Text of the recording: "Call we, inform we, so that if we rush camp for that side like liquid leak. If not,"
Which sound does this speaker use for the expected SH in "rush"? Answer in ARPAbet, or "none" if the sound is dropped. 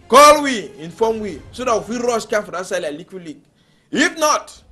S